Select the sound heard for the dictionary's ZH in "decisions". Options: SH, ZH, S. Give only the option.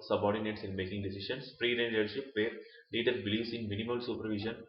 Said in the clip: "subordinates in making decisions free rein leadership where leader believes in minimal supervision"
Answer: SH